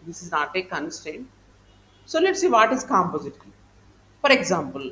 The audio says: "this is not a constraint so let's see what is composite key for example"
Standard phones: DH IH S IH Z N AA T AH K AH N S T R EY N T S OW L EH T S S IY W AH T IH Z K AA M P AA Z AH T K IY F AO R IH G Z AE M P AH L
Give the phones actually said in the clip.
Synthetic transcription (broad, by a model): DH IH S IH Z N AA T AH K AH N S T EY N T S OW L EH T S S IY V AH T IH Z K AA M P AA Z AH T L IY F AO R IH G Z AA M P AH L